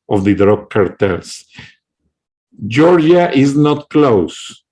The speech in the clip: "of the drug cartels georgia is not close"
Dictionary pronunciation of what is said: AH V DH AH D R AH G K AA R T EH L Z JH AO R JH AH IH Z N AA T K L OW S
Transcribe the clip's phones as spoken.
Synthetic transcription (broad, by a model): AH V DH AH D R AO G K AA R T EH L S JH AO R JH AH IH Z N AA T K L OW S